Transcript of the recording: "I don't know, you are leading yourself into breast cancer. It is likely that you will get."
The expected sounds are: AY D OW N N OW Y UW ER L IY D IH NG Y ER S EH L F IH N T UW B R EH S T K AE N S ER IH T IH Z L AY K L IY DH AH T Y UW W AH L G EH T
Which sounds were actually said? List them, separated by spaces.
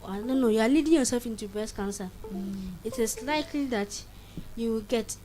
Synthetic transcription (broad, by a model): AY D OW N N OW Y UW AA L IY D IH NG Y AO S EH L F IH N T UW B EH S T K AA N S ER IH T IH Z L AY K L IY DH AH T Y UW W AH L G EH T